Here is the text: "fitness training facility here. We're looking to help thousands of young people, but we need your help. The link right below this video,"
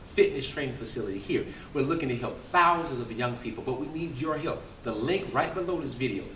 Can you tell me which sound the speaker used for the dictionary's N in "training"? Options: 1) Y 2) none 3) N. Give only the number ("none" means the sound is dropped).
2